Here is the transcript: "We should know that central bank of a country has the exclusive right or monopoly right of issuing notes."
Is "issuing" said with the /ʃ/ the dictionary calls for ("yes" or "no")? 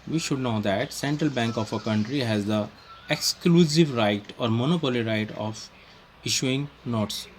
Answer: yes